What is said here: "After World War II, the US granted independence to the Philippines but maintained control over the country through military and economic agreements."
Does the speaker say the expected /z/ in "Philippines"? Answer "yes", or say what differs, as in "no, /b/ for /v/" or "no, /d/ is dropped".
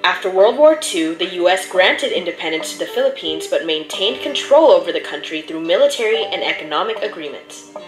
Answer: yes